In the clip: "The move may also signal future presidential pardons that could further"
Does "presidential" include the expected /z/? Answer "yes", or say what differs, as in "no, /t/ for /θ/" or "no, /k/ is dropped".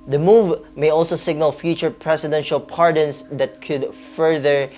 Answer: no, /s/ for /z/